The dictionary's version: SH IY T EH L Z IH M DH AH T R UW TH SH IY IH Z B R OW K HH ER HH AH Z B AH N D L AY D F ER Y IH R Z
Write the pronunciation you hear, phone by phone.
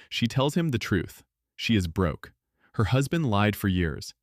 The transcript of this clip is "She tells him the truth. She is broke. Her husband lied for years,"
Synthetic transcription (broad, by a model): SH IY T EH L Z IH M DH AH T R UW TH SH IY IH Z B R OW K HH ER HH AH Z B AH N D L AY D F ER Y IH R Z